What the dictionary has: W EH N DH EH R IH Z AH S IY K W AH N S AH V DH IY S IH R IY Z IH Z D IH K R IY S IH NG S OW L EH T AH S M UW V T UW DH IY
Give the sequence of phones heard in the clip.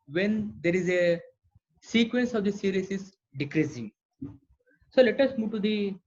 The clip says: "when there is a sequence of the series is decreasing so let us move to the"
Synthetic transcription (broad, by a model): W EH N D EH R IH Z AH S IY K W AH N S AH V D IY S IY R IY S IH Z D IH K R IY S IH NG S OW L EH T AH S M UW V T UW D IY